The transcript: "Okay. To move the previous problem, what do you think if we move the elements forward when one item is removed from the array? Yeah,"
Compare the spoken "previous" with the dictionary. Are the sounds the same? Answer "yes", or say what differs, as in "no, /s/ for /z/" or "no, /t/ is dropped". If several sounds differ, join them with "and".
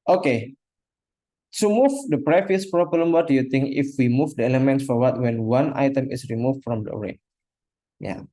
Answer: no, /f/ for /v/